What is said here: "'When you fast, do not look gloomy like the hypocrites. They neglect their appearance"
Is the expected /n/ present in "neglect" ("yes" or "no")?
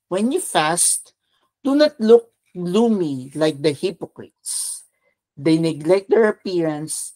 yes